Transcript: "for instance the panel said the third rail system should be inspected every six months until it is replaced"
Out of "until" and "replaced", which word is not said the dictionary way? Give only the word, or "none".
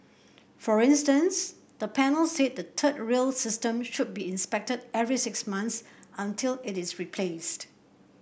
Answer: none